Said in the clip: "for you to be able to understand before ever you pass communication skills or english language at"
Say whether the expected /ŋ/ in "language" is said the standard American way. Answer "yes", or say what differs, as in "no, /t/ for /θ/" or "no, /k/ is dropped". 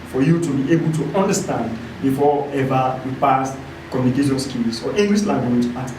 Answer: no, /ŋ/ is dropped